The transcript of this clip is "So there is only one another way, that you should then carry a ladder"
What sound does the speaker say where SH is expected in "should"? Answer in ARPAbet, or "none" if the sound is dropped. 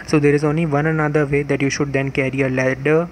SH